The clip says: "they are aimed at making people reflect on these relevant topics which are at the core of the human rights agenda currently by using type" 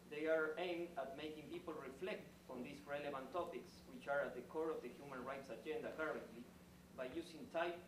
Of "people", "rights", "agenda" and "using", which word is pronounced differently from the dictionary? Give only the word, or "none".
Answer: using